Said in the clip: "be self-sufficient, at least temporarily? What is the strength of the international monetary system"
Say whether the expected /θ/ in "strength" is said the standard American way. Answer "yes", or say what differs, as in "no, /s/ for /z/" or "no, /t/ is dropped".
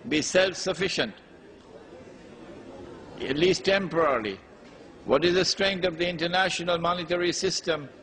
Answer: no, /t/ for /θ/